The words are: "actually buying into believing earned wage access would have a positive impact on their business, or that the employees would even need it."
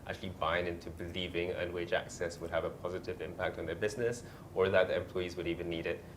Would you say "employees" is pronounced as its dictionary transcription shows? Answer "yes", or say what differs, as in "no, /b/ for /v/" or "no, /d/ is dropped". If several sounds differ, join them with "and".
yes